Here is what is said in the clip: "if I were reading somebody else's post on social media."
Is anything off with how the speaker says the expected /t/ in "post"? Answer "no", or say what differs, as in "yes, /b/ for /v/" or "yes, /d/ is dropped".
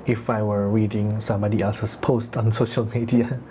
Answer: no